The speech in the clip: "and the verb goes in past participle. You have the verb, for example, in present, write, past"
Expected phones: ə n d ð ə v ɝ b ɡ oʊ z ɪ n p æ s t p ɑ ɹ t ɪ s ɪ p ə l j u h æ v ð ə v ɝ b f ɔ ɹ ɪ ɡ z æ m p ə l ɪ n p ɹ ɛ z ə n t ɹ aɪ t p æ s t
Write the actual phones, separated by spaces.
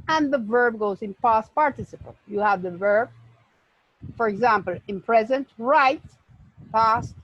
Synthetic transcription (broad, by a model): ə n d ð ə v ɝ b ɡ oʊ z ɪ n p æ s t p ɑ ɹ t ɪ s ɪ p ə l j u h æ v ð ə v ɝ b f ɔ ɹ ɪ ɡ z æ m p ə l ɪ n p ɹ ɛ z ə n t ɹ aɪ t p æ s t